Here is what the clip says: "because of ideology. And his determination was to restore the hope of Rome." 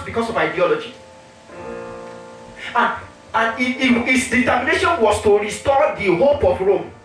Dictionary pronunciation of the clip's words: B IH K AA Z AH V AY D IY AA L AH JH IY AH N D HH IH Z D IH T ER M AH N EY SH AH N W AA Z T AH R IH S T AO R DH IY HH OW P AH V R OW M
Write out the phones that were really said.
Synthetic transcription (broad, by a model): B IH K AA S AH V AY D IY AA L AH JH IY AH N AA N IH S D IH T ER M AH N EY SH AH N W AA S T AH R IH S T AO R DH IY HH OW P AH P R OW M